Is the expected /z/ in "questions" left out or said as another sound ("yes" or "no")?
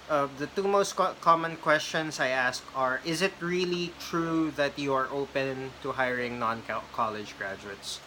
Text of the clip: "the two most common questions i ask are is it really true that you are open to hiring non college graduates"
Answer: yes